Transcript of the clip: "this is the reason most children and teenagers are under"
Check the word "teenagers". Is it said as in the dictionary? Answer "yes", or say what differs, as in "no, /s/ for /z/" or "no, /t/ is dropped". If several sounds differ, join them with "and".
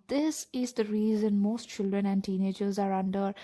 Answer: yes